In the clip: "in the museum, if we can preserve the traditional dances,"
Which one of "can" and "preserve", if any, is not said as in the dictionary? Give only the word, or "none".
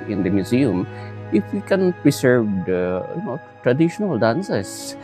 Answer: preserve